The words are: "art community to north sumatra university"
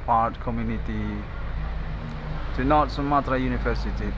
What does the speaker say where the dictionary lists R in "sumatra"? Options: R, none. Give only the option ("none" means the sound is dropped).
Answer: R